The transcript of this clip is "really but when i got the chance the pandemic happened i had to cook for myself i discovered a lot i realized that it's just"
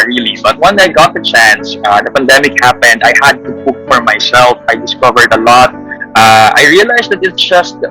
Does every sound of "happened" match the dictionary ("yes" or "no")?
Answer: yes